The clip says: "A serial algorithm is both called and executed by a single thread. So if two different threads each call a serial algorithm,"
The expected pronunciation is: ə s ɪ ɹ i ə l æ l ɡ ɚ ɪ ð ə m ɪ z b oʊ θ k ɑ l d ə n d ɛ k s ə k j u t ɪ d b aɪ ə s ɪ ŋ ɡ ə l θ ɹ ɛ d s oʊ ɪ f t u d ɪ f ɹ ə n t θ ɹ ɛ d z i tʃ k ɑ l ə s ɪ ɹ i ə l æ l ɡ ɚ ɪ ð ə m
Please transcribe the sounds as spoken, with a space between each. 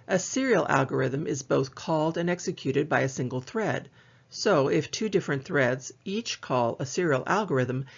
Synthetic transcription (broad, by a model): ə s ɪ ɹ i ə l æ l ɡ ɚ ɪ ð ə m ɪ z b oʊ θ k ɑ l d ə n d ɛ k s ə k j u t ɪ d b aɪ ə s ɪ ŋ ɡ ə l θ ɹ ɛ d s oʊ ɪ f t u d ɪ f ɹ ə n θ ɹ ɛ d z i tʃ k ɑ l ə s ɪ ɹ i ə l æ l ɡ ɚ ɪ ð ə m